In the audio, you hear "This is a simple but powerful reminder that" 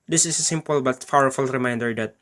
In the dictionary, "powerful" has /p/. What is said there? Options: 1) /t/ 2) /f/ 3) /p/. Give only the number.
2